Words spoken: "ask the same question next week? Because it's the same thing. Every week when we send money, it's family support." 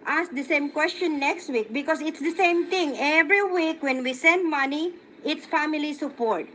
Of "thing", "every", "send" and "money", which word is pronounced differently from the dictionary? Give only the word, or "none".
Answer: thing